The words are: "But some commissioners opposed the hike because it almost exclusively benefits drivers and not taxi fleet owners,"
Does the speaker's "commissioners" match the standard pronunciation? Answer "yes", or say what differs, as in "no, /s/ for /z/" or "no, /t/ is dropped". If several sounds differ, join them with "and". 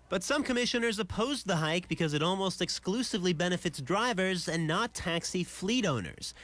yes